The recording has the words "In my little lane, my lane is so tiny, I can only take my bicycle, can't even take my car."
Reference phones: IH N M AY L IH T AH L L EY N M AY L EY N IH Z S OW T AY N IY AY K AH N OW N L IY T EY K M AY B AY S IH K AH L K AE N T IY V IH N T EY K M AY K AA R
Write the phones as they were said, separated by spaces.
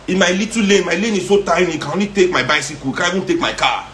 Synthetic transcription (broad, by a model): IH M AY L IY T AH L L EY M AY L EY N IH S OW T AY N IY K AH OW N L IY T EY K M AY B AY S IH K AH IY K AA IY B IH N T EY K M AY K AA